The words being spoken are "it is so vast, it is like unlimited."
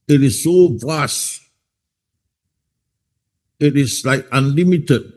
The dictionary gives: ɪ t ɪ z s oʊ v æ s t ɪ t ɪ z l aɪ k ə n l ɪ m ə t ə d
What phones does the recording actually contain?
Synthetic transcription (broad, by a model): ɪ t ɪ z s oʊ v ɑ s ɪ t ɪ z l aɪ k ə n l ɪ m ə t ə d